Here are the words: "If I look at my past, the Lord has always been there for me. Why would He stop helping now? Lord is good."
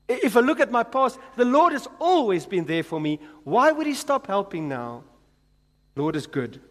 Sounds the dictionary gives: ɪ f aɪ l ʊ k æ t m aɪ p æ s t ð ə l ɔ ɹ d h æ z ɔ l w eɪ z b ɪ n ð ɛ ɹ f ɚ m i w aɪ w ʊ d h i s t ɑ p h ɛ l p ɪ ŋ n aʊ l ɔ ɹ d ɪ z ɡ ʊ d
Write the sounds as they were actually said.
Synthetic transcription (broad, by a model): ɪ f aɪ l ʊ k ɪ t m aɪ p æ s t ð ə l ɔ ɹ d h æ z ɔ l w eɪ z b ɪ n ð ɛ ɹ f ɚ m i w aɪ w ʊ d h i s t ɑ p h ɛ l p ɪ ŋ n aʊ l ɔ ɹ d ɪ z ɡ ʊ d